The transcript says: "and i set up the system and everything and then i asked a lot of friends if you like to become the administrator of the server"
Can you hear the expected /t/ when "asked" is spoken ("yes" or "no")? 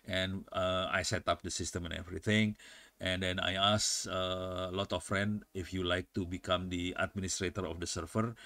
no